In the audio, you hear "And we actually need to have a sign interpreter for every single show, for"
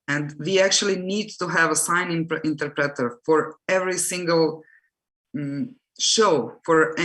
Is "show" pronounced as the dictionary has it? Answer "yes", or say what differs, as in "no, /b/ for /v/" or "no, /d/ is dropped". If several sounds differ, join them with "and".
yes